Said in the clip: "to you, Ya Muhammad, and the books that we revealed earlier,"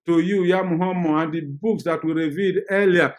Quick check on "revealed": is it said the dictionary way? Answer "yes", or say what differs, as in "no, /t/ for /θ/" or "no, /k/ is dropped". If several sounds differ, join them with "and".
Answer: no, /l/ is dropped